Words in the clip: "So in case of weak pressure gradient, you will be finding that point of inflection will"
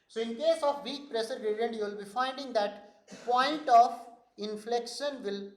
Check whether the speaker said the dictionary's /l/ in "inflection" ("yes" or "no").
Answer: yes